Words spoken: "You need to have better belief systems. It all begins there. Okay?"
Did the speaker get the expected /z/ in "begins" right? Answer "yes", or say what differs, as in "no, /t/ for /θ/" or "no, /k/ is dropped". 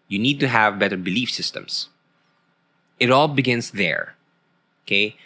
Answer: no, /s/ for /z/